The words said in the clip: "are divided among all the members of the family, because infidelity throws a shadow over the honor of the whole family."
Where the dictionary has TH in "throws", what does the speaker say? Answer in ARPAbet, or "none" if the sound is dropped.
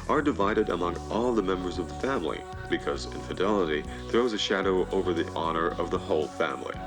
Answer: TH